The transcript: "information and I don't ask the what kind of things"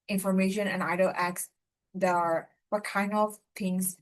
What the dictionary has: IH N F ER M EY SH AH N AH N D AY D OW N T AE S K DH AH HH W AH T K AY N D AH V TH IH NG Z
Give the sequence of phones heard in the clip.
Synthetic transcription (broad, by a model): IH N F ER M EY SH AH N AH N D AY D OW L T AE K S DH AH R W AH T K AY N D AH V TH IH NG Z